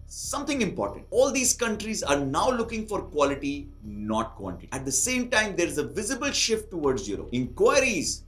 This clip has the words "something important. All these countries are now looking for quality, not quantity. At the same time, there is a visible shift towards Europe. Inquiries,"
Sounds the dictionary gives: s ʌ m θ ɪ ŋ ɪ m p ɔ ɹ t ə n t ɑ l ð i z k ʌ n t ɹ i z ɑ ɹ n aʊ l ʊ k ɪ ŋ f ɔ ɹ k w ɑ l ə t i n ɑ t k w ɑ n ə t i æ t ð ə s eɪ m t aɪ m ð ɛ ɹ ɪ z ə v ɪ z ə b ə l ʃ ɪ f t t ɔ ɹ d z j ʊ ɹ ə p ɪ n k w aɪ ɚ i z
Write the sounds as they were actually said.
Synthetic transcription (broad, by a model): s ʌ m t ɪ ŋ ɪ m p ɔ ɹ t ə n t ɑ l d i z k ʌ n t ɹ i z ɑ ɹ n aʊ l ʊ k ɪ ŋ f ɔ ɹ k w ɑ l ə t i n ɑ t k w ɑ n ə t i æ t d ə s eɪ m t aɪ m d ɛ ɹ ɪ z ə v ɪ z ə b ə l ʃ ɪ f t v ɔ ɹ d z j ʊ ɹ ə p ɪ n k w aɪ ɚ i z